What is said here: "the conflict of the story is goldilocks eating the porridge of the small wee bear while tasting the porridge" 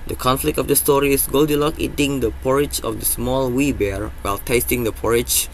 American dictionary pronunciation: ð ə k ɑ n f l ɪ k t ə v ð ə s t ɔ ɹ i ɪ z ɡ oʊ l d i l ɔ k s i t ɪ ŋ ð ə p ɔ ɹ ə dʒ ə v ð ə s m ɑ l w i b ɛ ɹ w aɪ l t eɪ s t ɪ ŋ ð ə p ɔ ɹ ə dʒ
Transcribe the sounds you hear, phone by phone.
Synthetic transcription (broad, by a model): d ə k ɑ n f l ɪ k t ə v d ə s t ɔ ɹ i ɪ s ɡ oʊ l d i l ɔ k i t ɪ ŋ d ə p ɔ ɹ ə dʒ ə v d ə s m ɑ l w i b ɛ ɹ w aɪ l t eɪ s t ɪ ŋ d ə p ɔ ɹ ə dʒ